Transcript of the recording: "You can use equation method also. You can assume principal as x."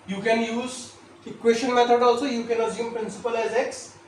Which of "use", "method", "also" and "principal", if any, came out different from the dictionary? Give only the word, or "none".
method